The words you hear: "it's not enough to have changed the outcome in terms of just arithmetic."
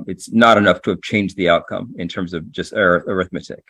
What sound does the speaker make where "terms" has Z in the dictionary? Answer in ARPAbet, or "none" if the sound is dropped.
Z